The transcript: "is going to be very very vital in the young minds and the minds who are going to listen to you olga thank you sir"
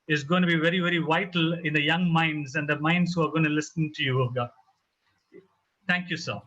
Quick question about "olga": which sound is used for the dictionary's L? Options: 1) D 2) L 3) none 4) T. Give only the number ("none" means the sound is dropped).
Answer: 3